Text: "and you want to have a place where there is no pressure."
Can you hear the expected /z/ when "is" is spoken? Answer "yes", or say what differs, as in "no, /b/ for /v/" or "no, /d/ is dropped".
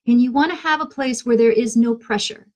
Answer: yes